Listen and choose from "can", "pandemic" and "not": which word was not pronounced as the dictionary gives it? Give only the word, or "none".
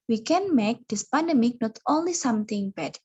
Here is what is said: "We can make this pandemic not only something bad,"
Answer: none